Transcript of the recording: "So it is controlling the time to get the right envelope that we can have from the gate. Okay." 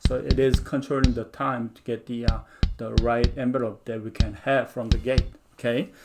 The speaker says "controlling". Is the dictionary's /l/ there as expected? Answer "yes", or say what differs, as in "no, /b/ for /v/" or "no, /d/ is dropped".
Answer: no, /n/ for /l/